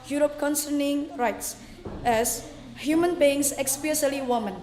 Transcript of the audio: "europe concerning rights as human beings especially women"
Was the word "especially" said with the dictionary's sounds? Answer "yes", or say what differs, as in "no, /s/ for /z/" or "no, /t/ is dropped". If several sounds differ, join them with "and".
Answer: no, /s/ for /ʃ/